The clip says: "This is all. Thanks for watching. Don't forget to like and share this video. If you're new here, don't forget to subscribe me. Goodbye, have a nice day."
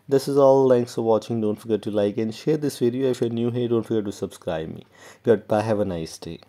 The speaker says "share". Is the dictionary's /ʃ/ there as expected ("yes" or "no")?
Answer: yes